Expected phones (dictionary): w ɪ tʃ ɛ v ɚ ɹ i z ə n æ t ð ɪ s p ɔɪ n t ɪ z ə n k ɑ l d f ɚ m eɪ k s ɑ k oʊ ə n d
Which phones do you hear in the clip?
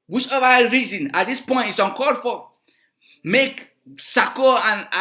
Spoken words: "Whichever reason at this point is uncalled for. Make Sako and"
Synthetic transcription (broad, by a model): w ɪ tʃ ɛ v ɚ ɹ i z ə n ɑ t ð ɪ s p ɔɪ n t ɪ s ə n k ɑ d f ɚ m eɪ k s ɑ k oʊ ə n